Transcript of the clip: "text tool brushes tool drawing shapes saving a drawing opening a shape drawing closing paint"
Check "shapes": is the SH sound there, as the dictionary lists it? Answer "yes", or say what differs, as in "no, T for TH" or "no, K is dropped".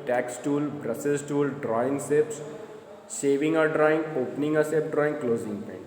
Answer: no, S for SH